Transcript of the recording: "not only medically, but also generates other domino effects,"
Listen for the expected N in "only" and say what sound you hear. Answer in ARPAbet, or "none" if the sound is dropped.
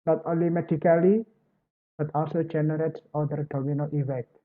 none